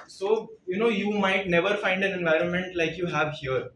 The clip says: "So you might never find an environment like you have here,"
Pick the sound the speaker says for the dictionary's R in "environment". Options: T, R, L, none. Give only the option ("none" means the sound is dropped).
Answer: R